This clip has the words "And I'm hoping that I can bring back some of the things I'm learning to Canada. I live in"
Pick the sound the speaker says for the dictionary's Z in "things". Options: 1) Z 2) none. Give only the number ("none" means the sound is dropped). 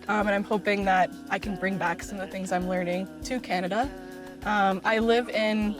1